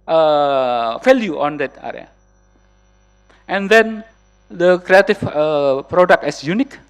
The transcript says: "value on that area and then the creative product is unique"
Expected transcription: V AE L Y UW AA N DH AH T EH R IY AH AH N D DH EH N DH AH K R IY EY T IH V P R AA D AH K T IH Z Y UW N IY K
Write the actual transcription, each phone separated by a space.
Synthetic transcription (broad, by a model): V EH L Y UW AA N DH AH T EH R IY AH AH N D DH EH N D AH K R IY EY T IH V P R AA D AH K T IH S Y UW N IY K